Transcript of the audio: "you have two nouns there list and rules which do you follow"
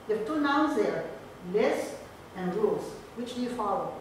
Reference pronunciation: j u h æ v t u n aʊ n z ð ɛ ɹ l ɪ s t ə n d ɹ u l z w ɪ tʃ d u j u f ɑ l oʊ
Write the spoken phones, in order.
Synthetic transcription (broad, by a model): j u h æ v t u n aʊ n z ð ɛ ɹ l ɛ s ə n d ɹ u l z w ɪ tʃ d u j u f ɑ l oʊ